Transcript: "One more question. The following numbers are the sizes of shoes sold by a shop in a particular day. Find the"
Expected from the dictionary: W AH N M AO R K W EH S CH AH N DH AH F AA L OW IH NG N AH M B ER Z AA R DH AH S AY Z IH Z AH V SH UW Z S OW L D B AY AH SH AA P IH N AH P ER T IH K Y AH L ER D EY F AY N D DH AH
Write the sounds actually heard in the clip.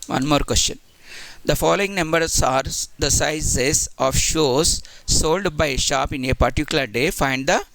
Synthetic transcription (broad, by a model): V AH N M AO R K W EH S CH AH N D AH F AA L OW IH NG N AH M B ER S AA R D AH S AY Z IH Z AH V SH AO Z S OW L D B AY AH SH AA P IH N AH P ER T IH K Y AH L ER D EY F AY N D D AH